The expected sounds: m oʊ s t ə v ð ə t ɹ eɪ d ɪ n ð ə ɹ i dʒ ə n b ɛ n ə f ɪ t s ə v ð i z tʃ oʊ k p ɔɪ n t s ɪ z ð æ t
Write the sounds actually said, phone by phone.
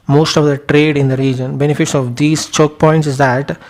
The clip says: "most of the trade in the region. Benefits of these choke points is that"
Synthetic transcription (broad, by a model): m oʊ s t ə v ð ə t ɹ eɪ d ɪ n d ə ɹ i dʒ ə n b ɛ n ə f ɪ t s ə v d i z tʃ oʊ k p ɔɪ n t s ɪ z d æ t